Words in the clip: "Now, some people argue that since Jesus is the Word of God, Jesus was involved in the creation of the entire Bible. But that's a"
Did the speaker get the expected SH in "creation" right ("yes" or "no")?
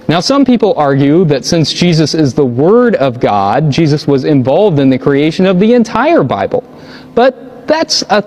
yes